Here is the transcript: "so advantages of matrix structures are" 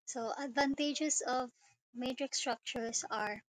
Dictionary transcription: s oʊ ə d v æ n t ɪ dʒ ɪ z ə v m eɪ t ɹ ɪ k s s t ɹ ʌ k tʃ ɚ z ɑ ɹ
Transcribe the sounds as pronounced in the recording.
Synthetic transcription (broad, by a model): s oʊ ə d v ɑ n t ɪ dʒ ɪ s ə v m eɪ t ɹ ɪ k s s t ɹ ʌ k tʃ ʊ s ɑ ɹ